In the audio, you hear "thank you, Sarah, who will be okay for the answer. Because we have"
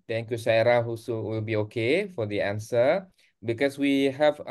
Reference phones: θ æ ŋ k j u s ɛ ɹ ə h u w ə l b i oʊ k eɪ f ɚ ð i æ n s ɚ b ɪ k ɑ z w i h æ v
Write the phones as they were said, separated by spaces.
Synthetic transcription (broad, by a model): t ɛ ŋ k j u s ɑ ɹ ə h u w ə l b i oʊ k eɪ f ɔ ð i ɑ n s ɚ b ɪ k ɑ s w i h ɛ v